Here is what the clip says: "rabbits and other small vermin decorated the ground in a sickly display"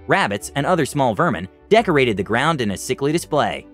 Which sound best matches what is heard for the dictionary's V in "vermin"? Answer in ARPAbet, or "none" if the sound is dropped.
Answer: V